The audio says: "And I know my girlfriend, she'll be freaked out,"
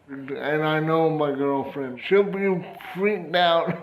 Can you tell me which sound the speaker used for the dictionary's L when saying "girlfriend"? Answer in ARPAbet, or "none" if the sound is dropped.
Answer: L